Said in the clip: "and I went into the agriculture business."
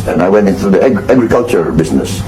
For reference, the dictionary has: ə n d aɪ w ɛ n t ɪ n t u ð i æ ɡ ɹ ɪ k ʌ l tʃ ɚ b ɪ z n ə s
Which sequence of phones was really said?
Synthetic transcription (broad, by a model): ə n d aɪ w ɛ n t ɪ n t u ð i æ ɡ ɹ ɪ k ʌ l tʃ ɚ b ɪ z n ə s